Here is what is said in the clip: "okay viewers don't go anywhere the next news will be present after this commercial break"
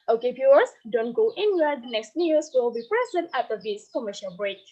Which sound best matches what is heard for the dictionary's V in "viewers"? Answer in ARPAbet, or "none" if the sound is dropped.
P